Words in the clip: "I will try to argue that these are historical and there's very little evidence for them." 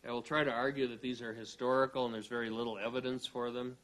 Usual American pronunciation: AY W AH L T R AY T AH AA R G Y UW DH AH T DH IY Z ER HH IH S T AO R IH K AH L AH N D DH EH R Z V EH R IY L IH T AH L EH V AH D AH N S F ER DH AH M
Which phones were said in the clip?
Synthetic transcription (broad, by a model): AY W AH L T R AY T AH AA R G Y UW DH AH T DH IY Z ER HH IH S T AO R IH K L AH N DH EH R Z V EH R IY L IH T L EH V AH D AH N S F ER DH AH M